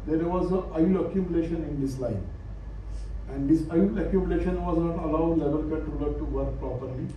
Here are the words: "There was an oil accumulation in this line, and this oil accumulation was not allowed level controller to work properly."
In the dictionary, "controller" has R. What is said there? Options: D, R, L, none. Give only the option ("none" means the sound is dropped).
none